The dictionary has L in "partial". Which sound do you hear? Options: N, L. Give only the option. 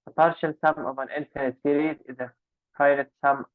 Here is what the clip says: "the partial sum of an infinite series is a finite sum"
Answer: L